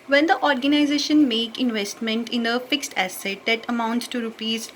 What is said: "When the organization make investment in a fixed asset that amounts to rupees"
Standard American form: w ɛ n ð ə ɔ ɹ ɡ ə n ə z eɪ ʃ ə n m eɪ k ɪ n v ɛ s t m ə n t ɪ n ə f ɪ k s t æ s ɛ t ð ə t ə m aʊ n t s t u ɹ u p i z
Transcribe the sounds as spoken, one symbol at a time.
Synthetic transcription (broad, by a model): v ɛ n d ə ɔ ɹ ɡ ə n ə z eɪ ʃ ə n m eɪ k ɪ n v ɛ s t m ə n t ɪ n ə f ɪ k s t æ s ɛ t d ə t ə m aʊ n t s t u ɹ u p i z